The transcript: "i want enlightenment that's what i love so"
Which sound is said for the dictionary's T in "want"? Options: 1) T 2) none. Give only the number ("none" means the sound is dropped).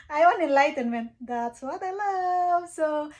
2